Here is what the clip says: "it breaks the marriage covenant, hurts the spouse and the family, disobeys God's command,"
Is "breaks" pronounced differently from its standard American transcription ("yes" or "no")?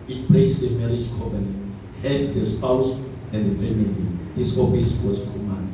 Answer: yes